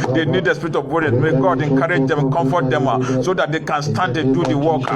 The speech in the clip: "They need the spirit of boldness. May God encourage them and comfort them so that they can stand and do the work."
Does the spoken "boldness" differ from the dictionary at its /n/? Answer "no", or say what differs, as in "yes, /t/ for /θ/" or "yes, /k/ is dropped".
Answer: yes, /n/ is dropped